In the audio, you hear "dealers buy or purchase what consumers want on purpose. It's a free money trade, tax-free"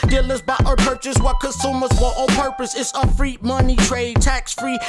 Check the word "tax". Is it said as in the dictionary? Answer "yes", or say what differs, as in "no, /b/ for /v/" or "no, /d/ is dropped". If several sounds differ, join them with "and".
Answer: yes